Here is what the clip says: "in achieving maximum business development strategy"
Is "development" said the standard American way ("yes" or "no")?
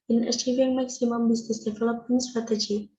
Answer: no